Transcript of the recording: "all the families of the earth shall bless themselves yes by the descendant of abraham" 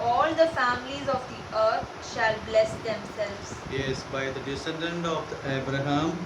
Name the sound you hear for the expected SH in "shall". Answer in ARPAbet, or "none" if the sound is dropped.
SH